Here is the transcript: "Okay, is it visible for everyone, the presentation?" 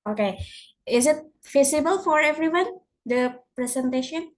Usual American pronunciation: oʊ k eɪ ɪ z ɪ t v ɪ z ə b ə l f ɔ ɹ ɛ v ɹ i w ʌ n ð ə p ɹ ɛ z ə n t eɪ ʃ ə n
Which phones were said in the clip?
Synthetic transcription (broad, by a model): oʊ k eɪ ɪ z ɪ t f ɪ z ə b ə l f ɔ ɹ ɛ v ɹ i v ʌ n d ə p ɹ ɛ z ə n t eɪ ʃ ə n